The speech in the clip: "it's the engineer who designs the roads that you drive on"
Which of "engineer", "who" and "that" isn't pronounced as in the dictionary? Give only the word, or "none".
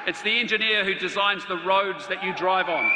none